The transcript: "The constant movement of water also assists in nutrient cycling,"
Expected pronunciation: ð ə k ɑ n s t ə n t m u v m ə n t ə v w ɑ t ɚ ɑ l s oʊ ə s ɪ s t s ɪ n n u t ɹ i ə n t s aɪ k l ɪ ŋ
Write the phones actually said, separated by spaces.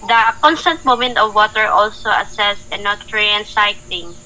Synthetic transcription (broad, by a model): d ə k ɑ n s t ə n t m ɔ m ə n t ə v w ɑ t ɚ ɑ l s oʊ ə s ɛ s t ɪ n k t ɹ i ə n s aɪ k l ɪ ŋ